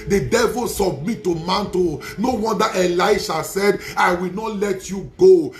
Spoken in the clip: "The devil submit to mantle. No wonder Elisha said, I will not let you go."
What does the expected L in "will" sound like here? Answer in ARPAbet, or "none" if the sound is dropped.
L